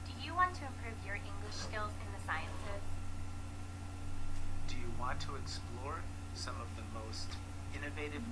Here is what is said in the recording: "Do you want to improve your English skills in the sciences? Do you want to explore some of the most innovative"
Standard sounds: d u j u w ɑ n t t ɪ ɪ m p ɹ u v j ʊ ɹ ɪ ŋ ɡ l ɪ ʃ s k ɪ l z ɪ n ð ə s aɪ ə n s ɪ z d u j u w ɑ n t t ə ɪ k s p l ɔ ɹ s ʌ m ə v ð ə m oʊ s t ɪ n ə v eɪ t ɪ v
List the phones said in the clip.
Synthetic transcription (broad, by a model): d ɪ j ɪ w ɑ n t t ɪ ɪ m p ɹ u v j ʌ ɹ ɪ ŋ ɡ l ɪ ʃ s k ɪ l z ɪ n ð ə s aɪ ə n s ɪ z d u j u w ɑ n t t ə ɪ k s p l ɔ ɹ s ʌ m ə v ð ə m oʊ s t ɪ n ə v eɪ t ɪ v